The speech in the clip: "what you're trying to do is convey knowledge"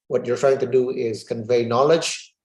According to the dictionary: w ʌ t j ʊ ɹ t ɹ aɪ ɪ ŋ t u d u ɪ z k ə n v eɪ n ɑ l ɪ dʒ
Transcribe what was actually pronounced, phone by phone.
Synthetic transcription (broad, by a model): w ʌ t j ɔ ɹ t ɹ aɪ ɪ ŋ t u d u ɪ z k ə n v eɪ n ɑ l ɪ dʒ